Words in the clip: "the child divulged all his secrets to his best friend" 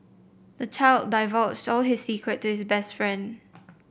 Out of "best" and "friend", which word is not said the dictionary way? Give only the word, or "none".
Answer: none